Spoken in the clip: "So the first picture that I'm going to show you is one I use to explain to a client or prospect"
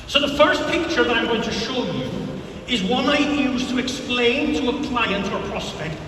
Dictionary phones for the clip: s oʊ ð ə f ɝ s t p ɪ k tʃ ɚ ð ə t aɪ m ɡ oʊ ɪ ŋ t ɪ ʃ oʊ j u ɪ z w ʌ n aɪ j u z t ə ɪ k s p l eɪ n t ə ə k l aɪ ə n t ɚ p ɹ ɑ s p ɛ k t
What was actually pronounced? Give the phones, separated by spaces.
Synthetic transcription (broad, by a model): s oʊ ð ə f ɝ s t p ɪ k tʃ ɚ ð ə t aɪ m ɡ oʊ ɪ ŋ t ɪ ʃ oʊ j u ɪ z w ʌ n aɪ j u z t ə ɪ k s p l eɪ n t ə ə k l aɪ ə n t ɚ p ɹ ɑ s p ɛ k t